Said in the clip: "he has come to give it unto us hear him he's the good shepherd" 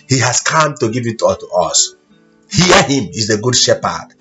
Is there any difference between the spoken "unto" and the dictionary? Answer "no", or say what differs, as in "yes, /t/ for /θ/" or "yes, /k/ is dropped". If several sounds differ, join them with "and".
yes, /n/ is dropped